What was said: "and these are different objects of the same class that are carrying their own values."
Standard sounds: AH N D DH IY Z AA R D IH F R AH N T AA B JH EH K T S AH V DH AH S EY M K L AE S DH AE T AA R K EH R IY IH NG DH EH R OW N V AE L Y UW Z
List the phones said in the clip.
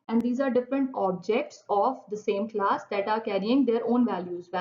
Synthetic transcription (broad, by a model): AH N D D IY Z AA R D IH F R AH N T AA B JH EH K T S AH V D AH S EY M K L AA S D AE T AA R K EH R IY IH NG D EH R OW N V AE L Y UW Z